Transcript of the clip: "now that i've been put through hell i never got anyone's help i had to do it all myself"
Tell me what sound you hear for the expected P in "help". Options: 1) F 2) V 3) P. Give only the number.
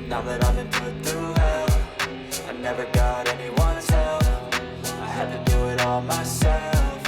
1